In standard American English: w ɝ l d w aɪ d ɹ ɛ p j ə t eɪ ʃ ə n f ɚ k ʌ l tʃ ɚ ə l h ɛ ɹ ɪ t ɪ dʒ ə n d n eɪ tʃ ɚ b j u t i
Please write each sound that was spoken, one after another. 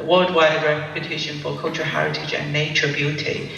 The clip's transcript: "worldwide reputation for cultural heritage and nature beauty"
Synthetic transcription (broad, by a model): w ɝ l d w aɪ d ɹ ɛ p j ə t eɪ ʃ ə n f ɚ k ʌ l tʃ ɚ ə h ɛ ɹ ɪ t ɪ dʒ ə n n eɪ tʃ ɚ b j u t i